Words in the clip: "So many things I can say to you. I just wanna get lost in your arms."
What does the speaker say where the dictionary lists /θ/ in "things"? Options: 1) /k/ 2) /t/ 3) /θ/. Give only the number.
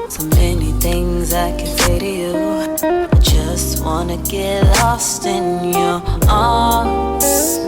3